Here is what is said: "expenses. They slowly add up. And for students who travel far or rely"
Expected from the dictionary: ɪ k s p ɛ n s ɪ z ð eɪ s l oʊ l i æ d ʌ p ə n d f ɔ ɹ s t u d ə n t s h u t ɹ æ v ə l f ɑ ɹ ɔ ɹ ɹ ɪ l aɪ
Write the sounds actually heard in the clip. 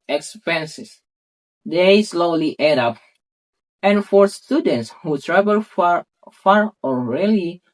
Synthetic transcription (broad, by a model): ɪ k s p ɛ n s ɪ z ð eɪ s l oʊ l i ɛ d ʌ p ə n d f ɔ ɹ s t u d ə n t s h u t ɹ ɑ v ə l f ɑ ɹ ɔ l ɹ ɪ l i